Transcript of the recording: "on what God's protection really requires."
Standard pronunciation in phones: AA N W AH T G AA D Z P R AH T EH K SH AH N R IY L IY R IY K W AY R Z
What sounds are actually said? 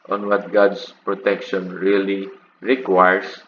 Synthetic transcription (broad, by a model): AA N W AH T G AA D S P R AH T EH K SH AH N R IY L IY R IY K W AY R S